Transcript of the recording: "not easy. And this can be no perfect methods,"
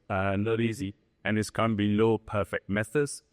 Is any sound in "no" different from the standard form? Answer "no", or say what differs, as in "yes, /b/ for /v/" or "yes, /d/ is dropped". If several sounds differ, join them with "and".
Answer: yes, /l/ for /n/